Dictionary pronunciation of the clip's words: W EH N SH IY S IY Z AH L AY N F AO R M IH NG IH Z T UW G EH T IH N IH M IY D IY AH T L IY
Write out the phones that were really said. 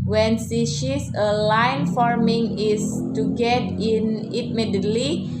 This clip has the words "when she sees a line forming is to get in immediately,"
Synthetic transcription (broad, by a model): W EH N S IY SH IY S AH L AY N F AO R M IH NG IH S T UW G EH T IH N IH M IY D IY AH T L IY